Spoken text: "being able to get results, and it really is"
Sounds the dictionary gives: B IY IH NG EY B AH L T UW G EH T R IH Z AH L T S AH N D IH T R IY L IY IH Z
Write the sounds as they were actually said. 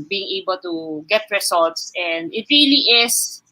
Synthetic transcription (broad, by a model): B IY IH NG EY B AH L T UW G EH T R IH S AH L T S AH N D IH T R IY L IY IH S